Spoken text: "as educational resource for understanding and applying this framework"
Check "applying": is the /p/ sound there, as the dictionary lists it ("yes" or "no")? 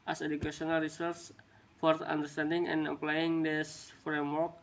yes